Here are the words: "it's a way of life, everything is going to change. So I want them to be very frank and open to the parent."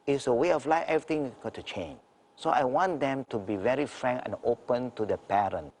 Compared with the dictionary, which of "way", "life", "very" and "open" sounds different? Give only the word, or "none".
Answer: none